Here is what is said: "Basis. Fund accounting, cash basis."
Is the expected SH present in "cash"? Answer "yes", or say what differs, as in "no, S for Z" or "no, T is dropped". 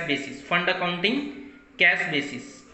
no, S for SH